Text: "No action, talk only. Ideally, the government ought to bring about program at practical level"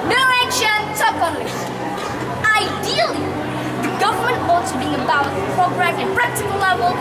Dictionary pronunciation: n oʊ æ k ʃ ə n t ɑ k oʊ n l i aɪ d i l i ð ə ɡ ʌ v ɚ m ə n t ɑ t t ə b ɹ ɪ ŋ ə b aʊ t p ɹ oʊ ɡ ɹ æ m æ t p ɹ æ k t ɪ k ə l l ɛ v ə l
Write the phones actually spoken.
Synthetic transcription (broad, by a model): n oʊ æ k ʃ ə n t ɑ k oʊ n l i aɪ d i l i ð ə ɡ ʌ v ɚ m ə n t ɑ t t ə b ɪ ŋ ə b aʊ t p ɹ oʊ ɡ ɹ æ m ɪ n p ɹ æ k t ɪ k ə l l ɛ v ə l